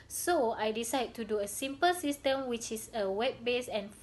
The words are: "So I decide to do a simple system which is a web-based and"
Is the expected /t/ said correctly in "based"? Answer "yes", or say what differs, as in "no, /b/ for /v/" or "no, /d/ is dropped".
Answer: no, /t/ is dropped